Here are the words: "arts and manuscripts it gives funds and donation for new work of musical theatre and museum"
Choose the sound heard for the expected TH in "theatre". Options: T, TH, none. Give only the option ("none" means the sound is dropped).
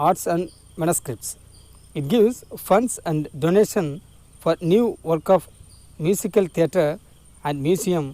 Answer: T